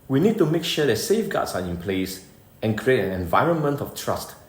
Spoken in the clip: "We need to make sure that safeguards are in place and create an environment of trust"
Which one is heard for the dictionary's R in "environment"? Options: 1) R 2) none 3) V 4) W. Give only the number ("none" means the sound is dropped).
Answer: 1